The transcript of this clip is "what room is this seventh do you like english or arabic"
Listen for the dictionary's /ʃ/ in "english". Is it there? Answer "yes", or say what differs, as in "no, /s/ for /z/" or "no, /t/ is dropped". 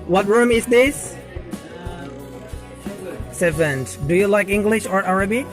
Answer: yes